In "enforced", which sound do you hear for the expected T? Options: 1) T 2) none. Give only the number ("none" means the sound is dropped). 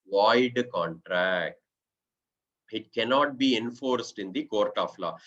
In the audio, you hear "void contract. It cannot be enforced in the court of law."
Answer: 1